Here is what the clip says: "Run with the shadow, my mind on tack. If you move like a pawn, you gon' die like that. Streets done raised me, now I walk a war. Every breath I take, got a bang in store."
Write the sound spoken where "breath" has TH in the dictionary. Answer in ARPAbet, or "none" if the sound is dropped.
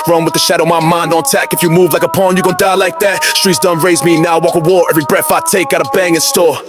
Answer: F